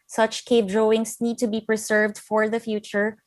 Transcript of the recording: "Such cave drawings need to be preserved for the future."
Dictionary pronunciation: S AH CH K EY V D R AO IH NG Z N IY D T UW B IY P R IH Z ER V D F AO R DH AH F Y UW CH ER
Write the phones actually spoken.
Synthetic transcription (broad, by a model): S AH CH K EY P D R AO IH NG S N IY D T UW B IY P R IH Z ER V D F AO R DH AH F Y UW CH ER